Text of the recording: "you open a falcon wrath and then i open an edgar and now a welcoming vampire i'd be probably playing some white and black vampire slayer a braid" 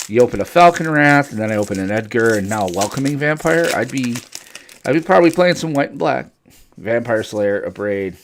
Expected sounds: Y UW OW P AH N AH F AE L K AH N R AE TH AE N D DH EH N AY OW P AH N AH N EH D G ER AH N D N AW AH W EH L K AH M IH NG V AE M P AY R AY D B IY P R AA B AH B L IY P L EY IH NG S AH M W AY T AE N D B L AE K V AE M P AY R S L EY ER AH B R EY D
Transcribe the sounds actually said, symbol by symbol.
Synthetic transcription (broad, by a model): Y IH OW P AH N AH F AE L K AH N R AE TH N DH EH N AY OW P AH N AH N EH D G ER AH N N AW AH W EH L K AH M IH NG V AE M P AY R AY D B IY P R AA B AH B L IY P L EY IH NG S AH M W AY T N B L AE K V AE M P AY R S L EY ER AH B R EY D